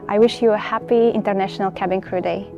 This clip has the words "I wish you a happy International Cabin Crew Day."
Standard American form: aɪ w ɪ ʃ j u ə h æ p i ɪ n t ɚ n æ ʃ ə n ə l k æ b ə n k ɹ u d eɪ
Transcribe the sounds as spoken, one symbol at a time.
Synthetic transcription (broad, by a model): aɪ w ɪ ʃ j u ə h æ p i ɪ n t ɚ n æ ʃ ə n ə l k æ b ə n k ɹ u d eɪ